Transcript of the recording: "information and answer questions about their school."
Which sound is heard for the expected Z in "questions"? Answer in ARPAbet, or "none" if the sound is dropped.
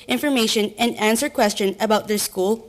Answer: none